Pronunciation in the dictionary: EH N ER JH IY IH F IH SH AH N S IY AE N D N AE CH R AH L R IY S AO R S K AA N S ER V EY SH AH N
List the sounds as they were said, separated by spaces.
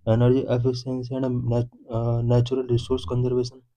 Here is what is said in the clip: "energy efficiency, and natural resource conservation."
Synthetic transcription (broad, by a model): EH N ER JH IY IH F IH S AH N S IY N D N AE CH R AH L R IY S AO R S K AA N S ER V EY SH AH N